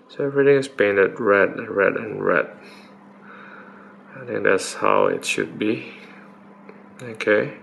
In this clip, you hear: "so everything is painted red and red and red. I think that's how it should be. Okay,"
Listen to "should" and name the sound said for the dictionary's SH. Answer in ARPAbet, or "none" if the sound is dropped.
SH